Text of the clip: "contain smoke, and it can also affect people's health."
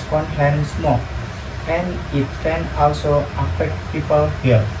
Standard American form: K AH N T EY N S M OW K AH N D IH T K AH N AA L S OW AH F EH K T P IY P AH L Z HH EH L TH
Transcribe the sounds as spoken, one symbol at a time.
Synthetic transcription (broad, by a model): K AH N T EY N S M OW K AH N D IH T K AH N AA L S OW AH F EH K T P IY P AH L HH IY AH